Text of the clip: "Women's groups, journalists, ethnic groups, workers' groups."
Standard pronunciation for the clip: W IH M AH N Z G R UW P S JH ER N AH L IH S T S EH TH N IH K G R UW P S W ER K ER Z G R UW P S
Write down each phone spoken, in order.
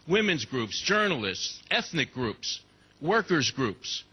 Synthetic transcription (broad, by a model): W IH M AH N Z G R UW P S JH ER N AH L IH S T S EH TH N IH K G R UW P S W ER K ER Z G R UW P S